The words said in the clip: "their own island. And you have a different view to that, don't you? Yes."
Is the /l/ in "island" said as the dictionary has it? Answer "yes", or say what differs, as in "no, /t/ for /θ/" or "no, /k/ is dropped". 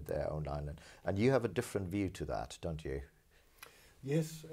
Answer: no, /n/ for /l/